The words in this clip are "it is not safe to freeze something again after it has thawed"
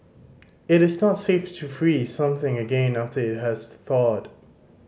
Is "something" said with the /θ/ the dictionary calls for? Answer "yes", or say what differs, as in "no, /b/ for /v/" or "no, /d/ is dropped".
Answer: yes